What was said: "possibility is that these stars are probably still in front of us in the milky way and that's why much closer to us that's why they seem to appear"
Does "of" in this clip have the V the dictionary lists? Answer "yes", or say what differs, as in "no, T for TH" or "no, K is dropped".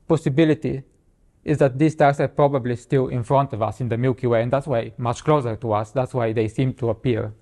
yes